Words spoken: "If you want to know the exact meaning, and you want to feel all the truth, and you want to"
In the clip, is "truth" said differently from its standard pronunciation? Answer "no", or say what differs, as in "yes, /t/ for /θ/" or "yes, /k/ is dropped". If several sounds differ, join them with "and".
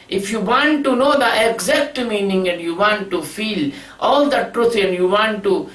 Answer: yes, /t/ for /θ/